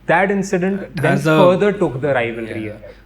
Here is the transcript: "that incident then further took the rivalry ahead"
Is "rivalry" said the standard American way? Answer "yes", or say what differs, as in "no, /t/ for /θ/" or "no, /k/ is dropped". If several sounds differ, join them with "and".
yes